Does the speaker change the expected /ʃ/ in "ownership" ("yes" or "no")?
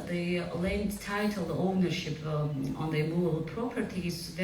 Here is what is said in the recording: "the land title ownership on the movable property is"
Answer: no